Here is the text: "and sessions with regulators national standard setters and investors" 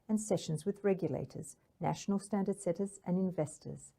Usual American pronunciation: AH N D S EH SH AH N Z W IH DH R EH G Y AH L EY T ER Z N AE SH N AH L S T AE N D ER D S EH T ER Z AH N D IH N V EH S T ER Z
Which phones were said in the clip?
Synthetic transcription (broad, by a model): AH N S EH SH AH N Z W IH DH R EH G Y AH L EY T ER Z N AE SH N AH L S T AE N D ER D S EH T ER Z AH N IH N V EH S T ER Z